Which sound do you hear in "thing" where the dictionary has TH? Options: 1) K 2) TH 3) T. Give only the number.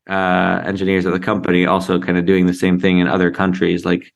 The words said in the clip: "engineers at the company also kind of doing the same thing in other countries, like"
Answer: 2